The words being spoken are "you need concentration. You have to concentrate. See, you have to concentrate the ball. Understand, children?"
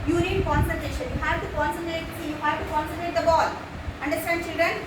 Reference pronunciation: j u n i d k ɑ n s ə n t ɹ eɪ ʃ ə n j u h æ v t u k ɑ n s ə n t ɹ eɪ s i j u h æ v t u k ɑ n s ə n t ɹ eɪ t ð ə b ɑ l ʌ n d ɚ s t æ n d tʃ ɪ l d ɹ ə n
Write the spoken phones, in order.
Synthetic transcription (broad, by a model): j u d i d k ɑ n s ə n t eɪ ʃ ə n j u h æ v t u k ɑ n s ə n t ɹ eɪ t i j u h æ v t u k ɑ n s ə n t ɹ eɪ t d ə b ɑ l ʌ n d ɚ s t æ n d tʃ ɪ l d ɹ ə n